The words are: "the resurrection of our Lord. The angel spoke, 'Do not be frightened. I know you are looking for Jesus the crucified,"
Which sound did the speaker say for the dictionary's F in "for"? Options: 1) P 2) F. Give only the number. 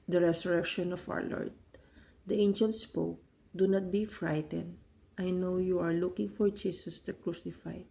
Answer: 2